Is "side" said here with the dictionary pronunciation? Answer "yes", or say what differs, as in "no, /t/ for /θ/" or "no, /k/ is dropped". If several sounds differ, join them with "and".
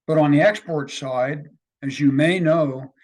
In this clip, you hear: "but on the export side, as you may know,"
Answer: yes